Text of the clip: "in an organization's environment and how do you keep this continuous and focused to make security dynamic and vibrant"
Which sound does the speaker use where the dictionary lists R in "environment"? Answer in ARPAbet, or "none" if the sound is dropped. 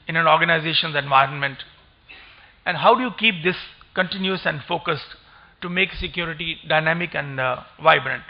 R